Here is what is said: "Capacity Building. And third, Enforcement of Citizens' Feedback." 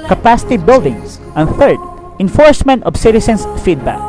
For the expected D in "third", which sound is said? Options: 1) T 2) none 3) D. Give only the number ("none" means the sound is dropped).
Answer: 3